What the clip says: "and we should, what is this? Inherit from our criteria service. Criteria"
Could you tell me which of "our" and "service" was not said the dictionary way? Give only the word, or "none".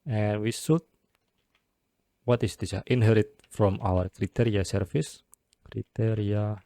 service